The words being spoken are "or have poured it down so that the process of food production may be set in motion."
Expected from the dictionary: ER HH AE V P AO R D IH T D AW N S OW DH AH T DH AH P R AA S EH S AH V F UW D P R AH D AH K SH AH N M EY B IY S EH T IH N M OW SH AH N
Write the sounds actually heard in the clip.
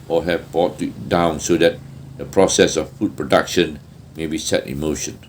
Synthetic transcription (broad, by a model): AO HH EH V B AO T IH T D AW N S OW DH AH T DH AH P R AA S EH S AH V F UW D P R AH D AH K SH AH N M EY B IY S EH T IH N M OW SH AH N